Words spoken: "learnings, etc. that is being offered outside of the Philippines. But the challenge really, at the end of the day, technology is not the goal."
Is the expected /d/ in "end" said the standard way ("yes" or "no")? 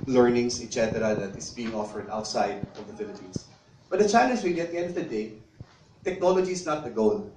yes